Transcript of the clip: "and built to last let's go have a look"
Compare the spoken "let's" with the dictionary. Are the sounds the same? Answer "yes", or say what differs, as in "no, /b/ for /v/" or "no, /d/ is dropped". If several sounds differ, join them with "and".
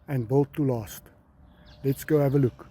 yes